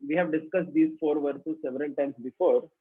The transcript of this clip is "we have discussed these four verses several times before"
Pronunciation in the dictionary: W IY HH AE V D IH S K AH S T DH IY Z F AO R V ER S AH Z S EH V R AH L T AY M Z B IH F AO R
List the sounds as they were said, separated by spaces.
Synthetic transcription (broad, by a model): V IY HH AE V D IH S K AH S T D IY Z F AO R V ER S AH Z S EH V R AH L T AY M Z B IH F AO R